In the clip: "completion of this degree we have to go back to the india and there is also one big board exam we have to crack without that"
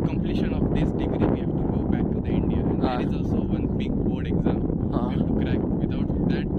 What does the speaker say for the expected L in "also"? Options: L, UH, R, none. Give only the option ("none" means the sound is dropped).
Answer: L